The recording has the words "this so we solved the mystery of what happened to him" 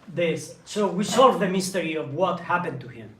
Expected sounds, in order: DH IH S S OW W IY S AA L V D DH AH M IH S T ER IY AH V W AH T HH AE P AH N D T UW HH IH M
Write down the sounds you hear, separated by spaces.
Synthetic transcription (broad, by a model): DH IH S S OW W IY S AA L V DH AH M IH S T ER IY AH V W AH T HH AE P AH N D T UW HH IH M